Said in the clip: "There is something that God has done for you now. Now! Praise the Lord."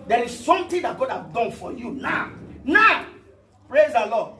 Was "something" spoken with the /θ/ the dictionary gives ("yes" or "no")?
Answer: no